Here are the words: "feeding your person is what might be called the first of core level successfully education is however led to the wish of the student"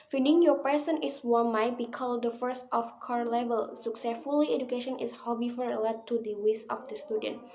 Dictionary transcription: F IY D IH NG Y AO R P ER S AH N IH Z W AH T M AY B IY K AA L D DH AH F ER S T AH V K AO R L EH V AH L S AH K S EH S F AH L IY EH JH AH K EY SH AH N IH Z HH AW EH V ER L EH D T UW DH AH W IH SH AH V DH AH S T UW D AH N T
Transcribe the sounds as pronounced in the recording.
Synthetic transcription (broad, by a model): F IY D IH NG Y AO P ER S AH N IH S W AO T M AY B IY K AA L D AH F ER S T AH F K AO R L EH V AH L S AH K S EH S F AH L IY EH JH AH K EY SH AH N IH S HH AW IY F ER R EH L T UW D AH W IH S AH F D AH S T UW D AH N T